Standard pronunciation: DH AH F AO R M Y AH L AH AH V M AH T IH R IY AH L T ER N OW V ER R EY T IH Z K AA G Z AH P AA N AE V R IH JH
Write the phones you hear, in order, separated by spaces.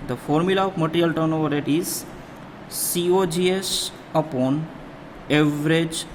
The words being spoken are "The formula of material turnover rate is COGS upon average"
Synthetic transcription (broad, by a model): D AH F AO R M Y AH L AH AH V M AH T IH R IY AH L T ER N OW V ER R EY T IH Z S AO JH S AH P AA N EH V R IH JH